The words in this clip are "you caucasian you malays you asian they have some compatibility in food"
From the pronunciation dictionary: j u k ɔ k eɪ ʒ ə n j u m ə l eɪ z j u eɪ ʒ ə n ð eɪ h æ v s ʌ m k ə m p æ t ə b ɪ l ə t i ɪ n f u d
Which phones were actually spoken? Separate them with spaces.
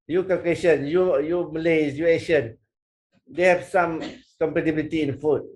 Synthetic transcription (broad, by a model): j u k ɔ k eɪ ʃ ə n j u m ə l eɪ s j u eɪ ʃ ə n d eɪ h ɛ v s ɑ m k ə m p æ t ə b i l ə t i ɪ n f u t